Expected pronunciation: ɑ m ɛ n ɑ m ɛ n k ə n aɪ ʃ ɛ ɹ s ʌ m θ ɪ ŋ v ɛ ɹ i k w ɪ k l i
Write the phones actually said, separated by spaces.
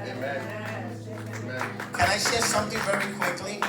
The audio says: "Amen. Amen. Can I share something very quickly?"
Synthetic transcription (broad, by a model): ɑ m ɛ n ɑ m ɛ k ə n aɪ ʃ ɛ ɹ s ʌ m θ ɪ ŋ v ɛ ɹ i k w ɪ k l i